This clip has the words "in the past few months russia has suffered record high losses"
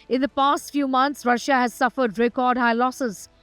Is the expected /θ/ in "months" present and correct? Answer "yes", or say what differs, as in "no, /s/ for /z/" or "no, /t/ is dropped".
no, /t/ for /θ/